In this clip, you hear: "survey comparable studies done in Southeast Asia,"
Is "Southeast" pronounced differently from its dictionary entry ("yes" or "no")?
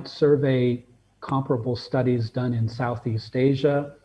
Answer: no